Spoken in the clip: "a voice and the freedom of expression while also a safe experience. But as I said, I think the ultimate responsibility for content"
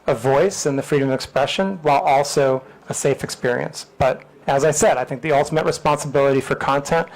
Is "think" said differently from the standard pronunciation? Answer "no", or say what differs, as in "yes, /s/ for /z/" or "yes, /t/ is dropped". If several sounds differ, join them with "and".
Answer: no